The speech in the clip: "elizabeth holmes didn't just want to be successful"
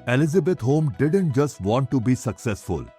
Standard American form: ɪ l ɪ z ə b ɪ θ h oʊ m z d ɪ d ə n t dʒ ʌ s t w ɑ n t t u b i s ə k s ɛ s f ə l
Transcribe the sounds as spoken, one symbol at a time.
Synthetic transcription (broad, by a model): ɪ l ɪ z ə b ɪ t h oʊ m d ɪ d ə n t dʒ ʌ s t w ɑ n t t u b i s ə k s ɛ s f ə l